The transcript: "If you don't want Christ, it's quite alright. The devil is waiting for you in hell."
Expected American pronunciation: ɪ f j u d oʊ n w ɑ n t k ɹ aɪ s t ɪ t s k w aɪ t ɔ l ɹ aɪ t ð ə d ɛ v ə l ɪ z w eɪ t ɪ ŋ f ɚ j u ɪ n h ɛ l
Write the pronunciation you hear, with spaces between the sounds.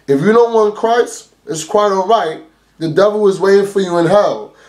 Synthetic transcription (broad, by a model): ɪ f j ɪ d oʊ n w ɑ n k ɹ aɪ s ɪ t s k w aɪ t ɔ l ɹ aɪ t ð ə d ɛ v l ɪ z w eɪ t ɪ ŋ f ɚ j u ɪ n h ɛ l